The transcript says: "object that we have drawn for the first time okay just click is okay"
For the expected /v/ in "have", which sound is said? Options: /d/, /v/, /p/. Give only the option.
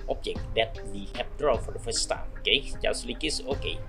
/p/